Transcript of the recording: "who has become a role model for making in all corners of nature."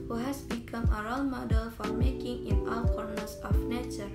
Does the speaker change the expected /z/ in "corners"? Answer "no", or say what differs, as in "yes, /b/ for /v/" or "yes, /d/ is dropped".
yes, /s/ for /z/